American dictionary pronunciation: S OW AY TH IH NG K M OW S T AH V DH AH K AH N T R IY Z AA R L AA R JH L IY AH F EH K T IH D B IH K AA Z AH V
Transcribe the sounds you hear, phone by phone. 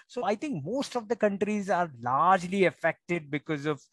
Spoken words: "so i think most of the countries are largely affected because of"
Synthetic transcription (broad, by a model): S OW AY T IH NG K M OW S T AH V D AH K AH N T R IY Z AA R L AA R JH L IY AH F EH K T IH D B IH K AA Z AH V